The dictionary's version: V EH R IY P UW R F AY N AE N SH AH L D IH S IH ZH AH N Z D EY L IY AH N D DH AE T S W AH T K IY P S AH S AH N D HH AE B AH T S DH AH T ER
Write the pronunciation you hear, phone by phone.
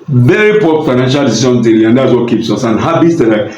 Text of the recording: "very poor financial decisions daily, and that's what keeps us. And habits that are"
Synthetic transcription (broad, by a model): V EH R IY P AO F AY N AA N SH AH L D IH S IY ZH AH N D EY L IY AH N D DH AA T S W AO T K IY P S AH S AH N HH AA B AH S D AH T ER